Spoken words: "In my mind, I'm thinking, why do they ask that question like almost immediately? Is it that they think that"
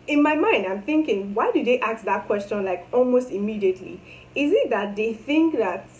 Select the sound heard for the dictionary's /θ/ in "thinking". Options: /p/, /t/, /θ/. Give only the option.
/θ/